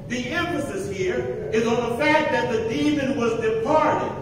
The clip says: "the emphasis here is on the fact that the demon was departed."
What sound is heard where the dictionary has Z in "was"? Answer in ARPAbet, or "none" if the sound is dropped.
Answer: Z